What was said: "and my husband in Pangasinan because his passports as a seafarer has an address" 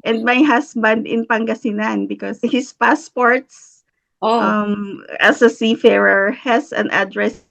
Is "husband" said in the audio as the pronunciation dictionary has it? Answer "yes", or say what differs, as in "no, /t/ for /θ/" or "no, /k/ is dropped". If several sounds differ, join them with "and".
no, /s/ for /z/